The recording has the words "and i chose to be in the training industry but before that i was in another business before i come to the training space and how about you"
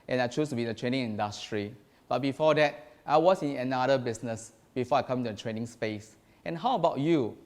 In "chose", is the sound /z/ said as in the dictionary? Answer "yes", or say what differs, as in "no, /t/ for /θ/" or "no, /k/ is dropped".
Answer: no, /s/ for /z/